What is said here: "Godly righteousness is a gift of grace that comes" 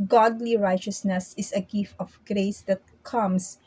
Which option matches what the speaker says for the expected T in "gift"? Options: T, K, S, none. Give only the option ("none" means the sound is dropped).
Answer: none